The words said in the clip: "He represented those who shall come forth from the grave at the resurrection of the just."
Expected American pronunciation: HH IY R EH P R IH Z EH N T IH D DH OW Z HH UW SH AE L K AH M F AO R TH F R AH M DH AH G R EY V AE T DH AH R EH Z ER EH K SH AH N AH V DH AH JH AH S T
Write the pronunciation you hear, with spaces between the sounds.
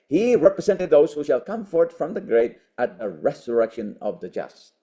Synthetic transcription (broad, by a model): HH IY R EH P R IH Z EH N T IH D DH OW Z HH UW SH AE L K AH M F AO R T F R AH M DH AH G R EY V AE T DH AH R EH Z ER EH K SH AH N AH V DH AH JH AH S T